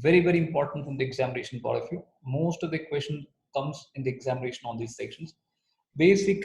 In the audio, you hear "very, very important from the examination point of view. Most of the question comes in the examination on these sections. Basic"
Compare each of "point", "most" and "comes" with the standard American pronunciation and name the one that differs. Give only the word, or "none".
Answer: point